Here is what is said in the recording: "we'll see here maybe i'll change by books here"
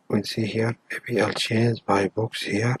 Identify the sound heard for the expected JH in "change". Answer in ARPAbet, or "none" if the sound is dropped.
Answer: Z